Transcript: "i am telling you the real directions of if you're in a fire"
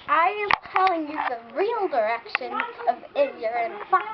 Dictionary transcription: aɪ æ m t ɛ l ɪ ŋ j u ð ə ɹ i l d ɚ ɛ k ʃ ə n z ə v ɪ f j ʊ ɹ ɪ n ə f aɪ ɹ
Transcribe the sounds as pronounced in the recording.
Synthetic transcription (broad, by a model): aɪ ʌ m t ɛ l ɪ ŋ j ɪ ð ə ɹ i l d ɚ ɛ k ʃ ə n ə v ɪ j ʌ ɹ ɪ n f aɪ